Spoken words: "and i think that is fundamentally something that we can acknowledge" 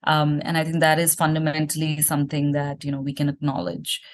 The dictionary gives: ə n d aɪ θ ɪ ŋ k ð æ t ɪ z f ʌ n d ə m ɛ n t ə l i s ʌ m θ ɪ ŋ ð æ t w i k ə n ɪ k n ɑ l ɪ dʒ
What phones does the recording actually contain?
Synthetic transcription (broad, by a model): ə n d aɪ t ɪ ŋ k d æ t ɪ z f ʌ n d ə m ɛ n t ə l i s ʌ m t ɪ ŋ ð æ t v i k ə n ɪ k n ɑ l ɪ dʒ